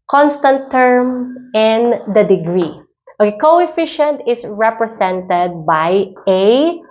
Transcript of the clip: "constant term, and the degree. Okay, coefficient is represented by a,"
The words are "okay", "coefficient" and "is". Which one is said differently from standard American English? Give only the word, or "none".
is